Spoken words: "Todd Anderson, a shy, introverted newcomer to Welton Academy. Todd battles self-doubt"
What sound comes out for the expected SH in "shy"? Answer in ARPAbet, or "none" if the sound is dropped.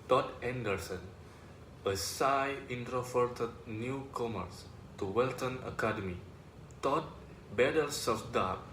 S